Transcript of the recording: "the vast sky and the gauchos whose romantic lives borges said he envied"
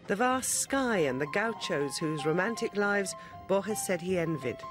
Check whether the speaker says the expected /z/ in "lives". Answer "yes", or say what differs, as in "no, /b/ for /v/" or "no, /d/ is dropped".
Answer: yes